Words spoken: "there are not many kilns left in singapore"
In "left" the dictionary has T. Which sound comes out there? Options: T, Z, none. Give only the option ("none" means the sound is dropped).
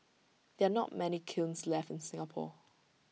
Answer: T